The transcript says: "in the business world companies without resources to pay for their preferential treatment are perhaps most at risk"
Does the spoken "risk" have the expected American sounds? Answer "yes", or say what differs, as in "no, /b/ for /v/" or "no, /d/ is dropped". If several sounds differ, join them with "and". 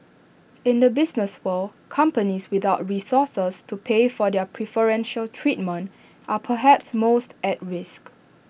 yes